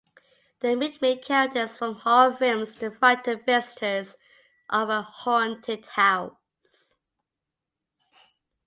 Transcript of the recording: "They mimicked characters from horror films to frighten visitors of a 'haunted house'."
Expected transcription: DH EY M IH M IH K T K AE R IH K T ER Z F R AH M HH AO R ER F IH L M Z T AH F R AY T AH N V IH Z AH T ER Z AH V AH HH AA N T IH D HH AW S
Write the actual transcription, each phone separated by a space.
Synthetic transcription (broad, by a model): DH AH M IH M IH T K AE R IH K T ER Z F R AH M HH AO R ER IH M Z T AH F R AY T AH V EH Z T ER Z AH V AH HH AA N T IH D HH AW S